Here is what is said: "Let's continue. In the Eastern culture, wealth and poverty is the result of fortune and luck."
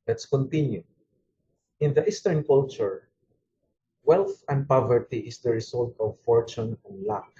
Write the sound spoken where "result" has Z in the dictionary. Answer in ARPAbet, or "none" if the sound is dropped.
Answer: S